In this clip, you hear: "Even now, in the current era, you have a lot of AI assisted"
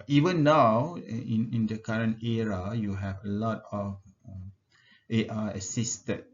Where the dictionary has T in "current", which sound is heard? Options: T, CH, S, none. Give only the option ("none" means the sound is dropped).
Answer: T